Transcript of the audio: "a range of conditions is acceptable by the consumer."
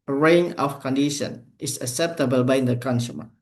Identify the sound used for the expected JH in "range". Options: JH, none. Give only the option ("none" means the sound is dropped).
none